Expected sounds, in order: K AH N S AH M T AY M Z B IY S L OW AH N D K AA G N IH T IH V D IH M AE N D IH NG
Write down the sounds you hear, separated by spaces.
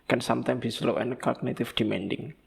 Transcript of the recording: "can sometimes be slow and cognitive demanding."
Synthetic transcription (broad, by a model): K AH N S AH M T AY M B IY S L OW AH N K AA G N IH T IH F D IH M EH N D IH NG